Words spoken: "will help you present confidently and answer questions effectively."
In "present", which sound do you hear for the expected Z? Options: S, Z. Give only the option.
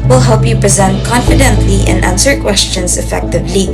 Z